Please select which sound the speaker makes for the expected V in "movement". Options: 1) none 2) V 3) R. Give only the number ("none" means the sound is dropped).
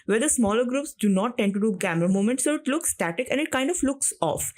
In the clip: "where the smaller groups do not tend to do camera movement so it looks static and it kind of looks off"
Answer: 1